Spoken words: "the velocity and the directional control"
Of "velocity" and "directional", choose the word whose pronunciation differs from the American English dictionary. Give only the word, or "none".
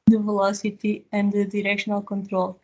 none